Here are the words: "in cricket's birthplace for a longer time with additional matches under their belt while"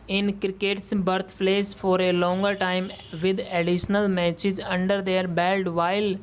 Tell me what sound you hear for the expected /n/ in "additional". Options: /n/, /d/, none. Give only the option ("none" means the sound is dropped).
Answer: /n/